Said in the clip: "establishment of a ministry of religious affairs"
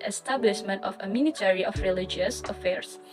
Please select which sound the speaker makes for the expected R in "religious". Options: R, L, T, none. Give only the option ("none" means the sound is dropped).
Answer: R